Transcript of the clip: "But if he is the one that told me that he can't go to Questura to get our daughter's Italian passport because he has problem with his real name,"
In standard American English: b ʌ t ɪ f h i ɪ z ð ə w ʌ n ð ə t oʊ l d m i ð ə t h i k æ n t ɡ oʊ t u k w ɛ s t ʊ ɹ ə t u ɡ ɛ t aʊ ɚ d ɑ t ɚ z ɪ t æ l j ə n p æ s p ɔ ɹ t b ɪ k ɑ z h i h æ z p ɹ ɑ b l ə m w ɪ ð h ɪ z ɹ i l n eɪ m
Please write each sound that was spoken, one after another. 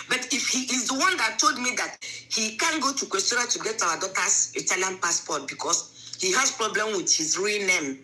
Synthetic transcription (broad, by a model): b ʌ t ɪ f h i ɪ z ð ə w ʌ n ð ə t oʊ l d m i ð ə t h i k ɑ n ɡ oʊ t u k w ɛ s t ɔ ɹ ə t u ɡ ɛ t aʊ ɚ d ɑ t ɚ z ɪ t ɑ l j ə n p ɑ s p ɔ t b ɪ k ɑ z h i h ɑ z p ɹ ɑ b l ə m w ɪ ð h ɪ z ɹ i l n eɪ m